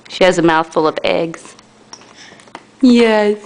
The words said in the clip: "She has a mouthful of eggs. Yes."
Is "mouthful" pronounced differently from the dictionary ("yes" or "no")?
no